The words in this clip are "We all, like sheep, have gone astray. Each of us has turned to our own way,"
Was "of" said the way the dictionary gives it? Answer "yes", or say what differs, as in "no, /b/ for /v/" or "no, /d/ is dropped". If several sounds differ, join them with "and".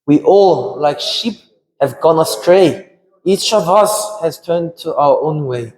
yes